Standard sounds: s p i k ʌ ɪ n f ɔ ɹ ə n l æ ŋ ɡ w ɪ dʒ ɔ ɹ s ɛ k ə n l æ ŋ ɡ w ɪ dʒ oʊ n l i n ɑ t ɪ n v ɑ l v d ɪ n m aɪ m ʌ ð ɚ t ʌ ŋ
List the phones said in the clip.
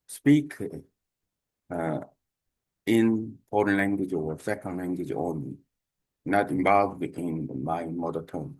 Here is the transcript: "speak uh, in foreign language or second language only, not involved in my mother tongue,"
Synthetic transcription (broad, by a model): s p i k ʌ ɪ n p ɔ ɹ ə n l æ ŋ ɡ w ɪ dʒ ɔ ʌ s ɛ k ə n l æ ŋ ɡ w ɪ dʒ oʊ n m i n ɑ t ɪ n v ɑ l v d ɪ n m aɪ m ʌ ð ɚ t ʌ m